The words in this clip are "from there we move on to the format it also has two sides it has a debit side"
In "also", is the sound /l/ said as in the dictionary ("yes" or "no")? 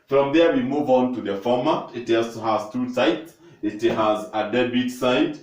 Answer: no